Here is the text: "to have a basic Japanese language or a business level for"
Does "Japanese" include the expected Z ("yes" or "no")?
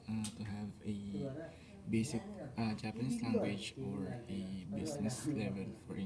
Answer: no